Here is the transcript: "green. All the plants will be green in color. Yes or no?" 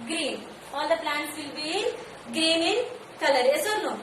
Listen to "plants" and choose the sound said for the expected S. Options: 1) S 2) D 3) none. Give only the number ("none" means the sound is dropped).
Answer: 3